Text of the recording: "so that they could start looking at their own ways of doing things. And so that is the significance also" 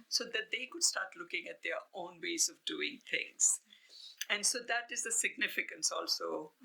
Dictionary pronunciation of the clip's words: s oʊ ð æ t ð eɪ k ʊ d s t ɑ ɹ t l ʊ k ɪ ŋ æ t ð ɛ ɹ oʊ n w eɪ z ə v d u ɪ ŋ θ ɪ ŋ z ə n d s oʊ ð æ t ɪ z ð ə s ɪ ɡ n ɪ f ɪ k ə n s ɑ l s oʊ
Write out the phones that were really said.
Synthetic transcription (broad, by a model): s oʊ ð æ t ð eɪ k ʊ d s t ɑ ɹ t l ʊ k ɪ ŋ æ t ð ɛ ɹ oʊ n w eɪ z ə v d u ɪ ŋ t ɪ ŋ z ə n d s oʊ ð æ t ɪ z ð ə s ɪ ɡ n ɪ f ɪ k ə n s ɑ l s oʊ